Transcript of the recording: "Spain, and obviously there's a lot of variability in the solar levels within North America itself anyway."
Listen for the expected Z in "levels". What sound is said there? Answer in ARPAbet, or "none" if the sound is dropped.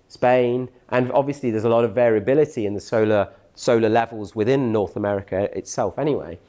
Z